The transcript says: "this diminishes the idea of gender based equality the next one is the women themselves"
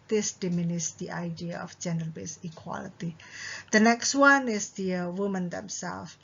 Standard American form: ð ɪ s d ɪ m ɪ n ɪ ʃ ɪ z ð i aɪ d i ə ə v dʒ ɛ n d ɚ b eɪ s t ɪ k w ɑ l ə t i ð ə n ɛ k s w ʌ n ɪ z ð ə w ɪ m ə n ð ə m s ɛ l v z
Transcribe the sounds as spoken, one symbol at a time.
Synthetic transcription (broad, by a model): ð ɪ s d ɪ m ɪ n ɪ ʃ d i aɪ d i ə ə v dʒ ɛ n d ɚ b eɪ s ɪ k w ɑ l ə t i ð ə n ɛ k s w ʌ n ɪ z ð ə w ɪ m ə n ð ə m s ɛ l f